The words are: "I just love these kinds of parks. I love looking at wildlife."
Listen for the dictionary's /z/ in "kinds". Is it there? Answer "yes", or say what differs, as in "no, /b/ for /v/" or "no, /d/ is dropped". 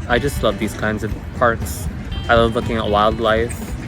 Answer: yes